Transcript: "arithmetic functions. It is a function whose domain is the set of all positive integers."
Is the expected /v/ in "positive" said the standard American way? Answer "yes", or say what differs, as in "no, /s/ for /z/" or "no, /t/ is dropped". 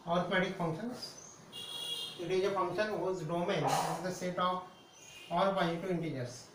no, /v/ is dropped